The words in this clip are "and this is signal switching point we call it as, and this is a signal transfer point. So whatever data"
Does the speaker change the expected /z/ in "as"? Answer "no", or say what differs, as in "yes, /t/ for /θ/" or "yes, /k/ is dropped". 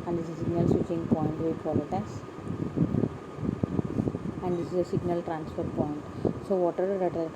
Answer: yes, /s/ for /z/